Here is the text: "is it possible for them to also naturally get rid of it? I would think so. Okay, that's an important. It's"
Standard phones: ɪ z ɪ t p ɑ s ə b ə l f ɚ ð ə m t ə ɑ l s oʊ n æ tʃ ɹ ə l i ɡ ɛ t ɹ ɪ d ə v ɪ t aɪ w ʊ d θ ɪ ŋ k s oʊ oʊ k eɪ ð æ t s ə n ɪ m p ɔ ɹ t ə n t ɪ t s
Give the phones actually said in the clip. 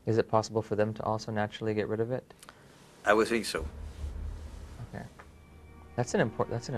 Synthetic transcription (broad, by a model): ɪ z ɪ t p ɑ s ə b l f ɚ ð ə m t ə ɑ l s oʊ n æ tʃ ɹ l i ɡ ɛ t ɹ ɪ d ə v ɪ t aɪ w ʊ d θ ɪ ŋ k s oʊ oʊ k eɪ ð æ t s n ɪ m p ɔ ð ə t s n